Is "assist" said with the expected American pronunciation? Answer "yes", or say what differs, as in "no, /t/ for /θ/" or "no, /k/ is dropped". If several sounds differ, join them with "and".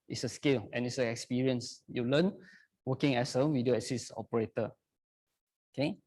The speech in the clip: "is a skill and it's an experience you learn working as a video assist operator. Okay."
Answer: no, /t/ is dropped